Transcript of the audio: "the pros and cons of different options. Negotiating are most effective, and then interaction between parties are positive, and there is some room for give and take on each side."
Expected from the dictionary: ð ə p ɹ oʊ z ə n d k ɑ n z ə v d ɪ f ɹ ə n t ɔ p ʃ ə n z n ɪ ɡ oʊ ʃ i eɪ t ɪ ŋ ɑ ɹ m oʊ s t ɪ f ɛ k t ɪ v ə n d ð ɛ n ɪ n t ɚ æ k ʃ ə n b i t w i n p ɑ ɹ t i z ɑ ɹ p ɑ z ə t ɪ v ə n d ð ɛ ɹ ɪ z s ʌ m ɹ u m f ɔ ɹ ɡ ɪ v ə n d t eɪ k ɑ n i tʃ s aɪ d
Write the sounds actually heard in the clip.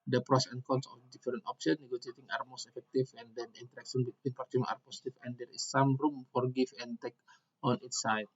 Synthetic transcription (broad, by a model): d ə p ɹ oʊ s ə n k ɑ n s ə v d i f ɹ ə n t ɔ p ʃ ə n n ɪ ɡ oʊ s i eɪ t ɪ ŋ ɑ ɹ m oʊ s t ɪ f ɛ k t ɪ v ə n d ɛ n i n t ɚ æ k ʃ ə n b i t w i n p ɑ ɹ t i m ɑ ɹ p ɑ s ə t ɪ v ə n d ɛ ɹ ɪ s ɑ m ɹ u m f ɔ ɹ ɡ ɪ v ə n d t eɪ k ɑ n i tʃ s aɪ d